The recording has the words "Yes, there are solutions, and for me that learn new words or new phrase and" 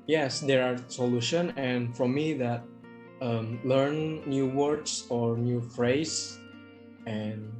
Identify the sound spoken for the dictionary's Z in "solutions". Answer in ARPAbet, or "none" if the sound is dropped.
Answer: none